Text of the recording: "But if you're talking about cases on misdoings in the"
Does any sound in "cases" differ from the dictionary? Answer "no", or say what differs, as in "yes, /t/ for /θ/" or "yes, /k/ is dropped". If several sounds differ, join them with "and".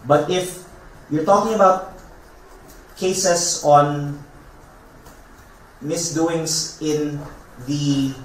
yes, /s/ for /z/